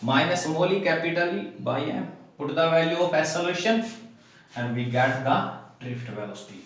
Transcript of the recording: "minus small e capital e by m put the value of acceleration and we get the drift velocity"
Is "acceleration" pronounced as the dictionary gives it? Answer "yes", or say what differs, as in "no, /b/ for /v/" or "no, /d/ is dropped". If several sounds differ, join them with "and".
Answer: no, /k/ is dropped